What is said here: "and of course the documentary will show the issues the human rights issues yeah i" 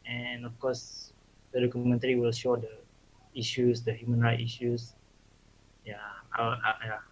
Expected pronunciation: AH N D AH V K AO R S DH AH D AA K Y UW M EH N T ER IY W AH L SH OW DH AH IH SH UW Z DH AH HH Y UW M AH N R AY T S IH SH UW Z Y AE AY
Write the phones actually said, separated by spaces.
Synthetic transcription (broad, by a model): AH N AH F K AO S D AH D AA K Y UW M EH N T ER IY W AH L SH OW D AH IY SH UW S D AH HH Y UW M AH N R AY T IY SH UW S Y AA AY